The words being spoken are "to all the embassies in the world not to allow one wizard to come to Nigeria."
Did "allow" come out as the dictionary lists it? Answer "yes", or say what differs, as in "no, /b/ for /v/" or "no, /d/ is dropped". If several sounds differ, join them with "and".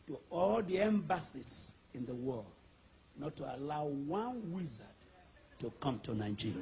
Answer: yes